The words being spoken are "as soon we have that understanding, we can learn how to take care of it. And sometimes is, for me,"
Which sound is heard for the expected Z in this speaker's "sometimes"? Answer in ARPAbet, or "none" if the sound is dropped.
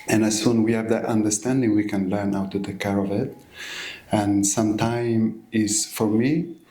none